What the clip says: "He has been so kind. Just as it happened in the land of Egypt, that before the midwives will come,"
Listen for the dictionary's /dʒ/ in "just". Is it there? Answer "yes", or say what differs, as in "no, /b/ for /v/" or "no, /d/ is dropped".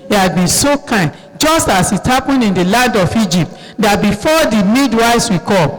yes